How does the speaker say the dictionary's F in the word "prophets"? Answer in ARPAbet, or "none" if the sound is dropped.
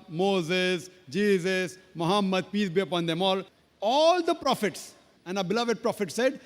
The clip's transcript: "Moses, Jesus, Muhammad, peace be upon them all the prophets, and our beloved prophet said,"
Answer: F